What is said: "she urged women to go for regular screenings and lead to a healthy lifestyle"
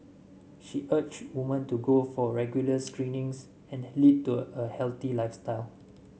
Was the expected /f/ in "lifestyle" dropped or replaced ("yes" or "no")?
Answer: no